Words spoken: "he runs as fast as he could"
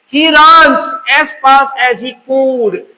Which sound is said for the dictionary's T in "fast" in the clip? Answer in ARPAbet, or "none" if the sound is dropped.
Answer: none